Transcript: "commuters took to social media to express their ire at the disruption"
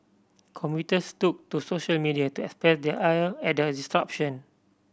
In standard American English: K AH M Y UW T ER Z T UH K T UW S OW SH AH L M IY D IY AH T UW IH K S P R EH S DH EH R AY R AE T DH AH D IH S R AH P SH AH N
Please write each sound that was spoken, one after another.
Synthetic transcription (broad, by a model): K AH M Y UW T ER S T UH K T UW S OW SH AH L M IY D IY AH T UW IH K S P R EH S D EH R AY L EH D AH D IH S R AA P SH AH N